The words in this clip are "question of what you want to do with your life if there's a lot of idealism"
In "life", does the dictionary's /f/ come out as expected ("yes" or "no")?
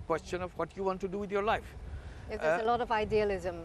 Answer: no